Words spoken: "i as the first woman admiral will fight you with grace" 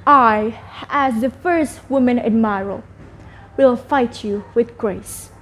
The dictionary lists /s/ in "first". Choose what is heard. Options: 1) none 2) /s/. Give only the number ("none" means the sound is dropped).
2